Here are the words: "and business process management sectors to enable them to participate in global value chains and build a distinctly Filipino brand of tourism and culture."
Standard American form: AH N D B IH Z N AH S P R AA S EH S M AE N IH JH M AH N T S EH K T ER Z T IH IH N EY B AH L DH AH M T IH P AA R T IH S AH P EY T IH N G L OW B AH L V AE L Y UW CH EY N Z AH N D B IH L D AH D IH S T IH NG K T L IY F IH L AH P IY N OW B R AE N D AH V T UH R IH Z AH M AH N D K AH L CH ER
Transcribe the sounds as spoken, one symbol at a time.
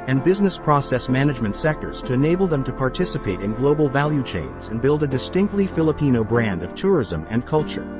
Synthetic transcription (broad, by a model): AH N B IH Z N AH S P R AA S EH S M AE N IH JH M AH N T S EH K T ER Z T IH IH N EY B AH L DH AH M T IH P AA R T IH S AH P EY T IH N G L OW B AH L V AE L Y UW CH EY N Z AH N B IH L D AH D IH S T IH NG K T L IY F IH L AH P IY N OW B R AE N D AH V T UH R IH Z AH M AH N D K AH L CH ER